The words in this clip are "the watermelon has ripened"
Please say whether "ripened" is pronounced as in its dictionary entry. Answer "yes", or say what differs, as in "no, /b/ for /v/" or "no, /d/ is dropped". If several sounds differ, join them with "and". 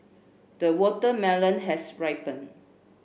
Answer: no, /d/ is dropped